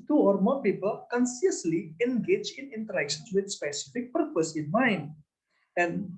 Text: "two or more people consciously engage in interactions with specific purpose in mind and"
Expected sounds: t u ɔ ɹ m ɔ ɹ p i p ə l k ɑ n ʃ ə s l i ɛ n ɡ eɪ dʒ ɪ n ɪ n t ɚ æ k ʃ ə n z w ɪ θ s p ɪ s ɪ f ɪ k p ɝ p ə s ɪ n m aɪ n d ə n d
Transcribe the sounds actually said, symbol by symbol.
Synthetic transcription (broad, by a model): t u ɔ ɹ m ɔ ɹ p i p ə l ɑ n s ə s l i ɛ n ɡ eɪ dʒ ɪ n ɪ n t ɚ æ k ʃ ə n s w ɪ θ s p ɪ s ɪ f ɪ k p ɝ p ə s ɪ n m aɪ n ə n